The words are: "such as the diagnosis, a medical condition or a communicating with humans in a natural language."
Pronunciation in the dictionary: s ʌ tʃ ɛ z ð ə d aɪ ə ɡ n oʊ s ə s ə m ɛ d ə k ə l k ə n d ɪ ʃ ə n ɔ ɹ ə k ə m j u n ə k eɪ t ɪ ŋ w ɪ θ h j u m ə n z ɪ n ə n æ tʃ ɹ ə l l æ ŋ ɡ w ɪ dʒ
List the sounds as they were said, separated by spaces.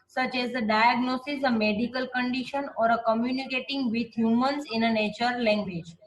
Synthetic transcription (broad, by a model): s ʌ tʃ ɛ z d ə d aɪ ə ɡ n oʊ s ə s ə m ɛ d ə k ə l k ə n d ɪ ʃ ə n ɔ ɹ ə k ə m j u n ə k eɪ t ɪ ŋ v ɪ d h j u m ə n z ɪ n ə n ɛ tʃ ə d l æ ŋ ɡ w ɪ dʒ